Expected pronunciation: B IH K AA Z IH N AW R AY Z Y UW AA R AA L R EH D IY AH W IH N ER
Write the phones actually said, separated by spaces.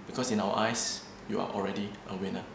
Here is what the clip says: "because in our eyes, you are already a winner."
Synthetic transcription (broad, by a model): B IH K AA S IH N AW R AY S Y UW AA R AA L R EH D IY AH W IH N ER